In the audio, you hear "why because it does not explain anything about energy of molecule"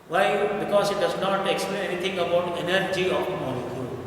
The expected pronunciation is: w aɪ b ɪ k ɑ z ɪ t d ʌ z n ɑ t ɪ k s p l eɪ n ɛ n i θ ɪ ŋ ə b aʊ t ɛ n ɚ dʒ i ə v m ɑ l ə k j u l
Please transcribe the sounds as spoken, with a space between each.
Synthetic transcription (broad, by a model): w aɪ b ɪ k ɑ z ɪ t d ʌ z n ɑ t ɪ k s p l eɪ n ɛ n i t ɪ ŋ ə b aʊ t ɛ n ɚ dʒ i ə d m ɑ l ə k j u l